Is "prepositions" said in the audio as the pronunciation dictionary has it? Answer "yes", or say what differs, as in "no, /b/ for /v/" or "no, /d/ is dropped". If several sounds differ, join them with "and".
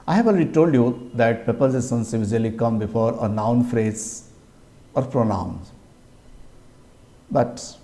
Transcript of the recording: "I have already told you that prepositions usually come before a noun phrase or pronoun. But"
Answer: no, /s/ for /ʃ/